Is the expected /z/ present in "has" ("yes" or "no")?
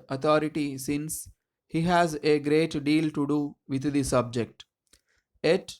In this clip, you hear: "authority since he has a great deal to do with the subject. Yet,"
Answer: yes